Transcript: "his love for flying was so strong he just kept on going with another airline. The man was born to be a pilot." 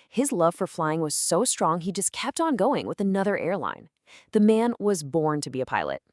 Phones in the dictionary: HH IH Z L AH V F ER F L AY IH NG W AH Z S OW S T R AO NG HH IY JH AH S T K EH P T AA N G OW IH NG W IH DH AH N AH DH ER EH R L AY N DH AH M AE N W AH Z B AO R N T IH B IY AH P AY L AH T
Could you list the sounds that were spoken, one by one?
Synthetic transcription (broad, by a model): HH IH Z L AH V F ER F L AY IH NG W AH Z S OW S T R AO NG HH IY JH AH S K EH P T N G OW IH NG W IH DH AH N AH DH ER EH R L AY N DH AH M AE N W AH Z B AO R N T IH B IY AH P AY L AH T